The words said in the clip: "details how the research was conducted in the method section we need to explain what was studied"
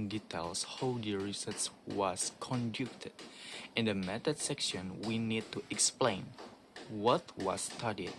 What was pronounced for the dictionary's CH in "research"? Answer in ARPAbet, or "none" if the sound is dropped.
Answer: S